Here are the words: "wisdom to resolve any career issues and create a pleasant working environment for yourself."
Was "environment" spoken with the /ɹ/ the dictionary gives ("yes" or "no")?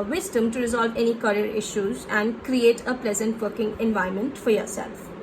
no